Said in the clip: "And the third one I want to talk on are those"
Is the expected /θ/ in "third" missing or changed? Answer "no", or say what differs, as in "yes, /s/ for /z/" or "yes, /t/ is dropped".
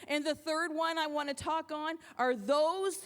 no